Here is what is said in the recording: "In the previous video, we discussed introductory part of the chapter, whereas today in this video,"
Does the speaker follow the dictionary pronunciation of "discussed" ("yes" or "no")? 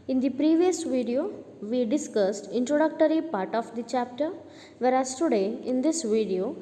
yes